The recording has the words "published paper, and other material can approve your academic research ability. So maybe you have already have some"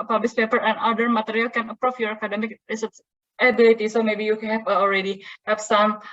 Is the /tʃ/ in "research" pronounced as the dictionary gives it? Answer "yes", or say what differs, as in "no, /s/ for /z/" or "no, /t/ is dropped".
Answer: no, /s/ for /tʃ/